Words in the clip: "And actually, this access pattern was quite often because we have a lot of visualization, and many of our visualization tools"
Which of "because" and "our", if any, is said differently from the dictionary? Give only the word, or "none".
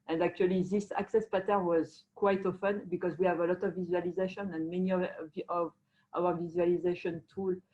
none